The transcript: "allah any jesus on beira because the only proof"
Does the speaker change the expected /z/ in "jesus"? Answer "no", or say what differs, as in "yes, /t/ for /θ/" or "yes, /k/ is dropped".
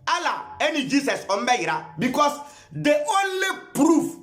yes, /s/ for /z/